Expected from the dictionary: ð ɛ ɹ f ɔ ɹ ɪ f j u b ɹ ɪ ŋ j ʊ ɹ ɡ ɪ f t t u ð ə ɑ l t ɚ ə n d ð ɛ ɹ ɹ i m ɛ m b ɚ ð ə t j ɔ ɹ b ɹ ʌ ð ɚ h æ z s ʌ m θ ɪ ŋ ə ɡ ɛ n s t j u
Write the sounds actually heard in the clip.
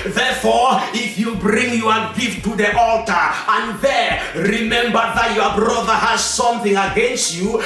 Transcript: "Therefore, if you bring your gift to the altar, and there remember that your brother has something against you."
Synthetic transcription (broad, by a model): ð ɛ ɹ f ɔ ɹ ɪ f j u b ɹ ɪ ŋ j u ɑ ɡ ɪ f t t u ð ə ɑ l t ɚ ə n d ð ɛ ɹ ɹ i m ɛ m b ɚ ð ə t j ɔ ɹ b ɹ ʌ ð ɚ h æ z s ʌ m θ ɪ ŋ ə ɡ ɛ n s t j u